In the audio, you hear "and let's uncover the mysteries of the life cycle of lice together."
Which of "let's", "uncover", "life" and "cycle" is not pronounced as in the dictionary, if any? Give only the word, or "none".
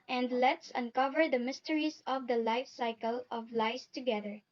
none